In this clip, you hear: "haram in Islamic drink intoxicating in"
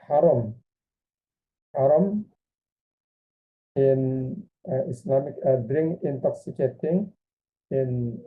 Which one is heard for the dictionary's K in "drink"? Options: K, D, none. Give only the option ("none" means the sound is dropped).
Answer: none